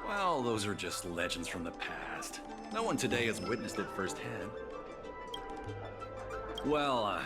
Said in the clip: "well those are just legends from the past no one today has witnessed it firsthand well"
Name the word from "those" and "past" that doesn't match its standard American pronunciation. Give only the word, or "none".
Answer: none